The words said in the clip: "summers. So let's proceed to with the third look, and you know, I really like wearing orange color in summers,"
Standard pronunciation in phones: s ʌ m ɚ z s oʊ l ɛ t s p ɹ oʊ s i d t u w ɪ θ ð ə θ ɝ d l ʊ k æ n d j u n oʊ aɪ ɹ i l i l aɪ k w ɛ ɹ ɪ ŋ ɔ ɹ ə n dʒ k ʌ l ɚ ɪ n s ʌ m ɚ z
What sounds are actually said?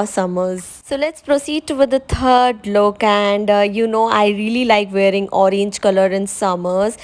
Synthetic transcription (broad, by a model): s ʌ m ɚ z s oʊ l ɛ t s p ɹ oʊ s i d t u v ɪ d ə t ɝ d l ʊ k æ n d j u n oʊ aɪ ɹ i l i l aɪ k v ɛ ɹ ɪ ŋ ɔ ɹ ə n dʒ k ʌ l ɚ ɪ n s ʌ m ɚ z